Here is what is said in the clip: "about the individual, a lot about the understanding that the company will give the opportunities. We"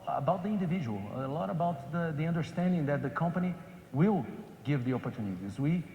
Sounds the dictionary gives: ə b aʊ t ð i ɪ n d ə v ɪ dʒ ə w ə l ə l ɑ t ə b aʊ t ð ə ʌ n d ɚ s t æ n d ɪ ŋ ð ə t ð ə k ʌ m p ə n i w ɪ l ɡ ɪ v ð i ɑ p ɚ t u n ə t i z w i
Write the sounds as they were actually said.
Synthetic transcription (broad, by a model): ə b aʊ t ð i ɪ n d ə v ɪ dʒ ə w ə l ə l ɑ t ə b aʊ t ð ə ʌ n d ɚ s t æ n d ɪ ŋ ð ə t ð ə k ʌ m p ə n i w ɪ l ɡ ɪ v ð i ɑ p ɚ t u n ə t i z w i